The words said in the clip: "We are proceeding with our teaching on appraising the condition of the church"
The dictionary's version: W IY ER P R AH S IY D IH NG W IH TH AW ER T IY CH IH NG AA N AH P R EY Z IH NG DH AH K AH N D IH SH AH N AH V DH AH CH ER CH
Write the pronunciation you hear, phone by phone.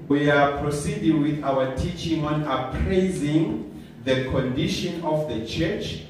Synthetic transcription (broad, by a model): W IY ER P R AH S IY D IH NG W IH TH AW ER T IY CH IH NG AA N AH P R EY Z IH NG DH AH K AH N D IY SH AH N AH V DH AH CH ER CH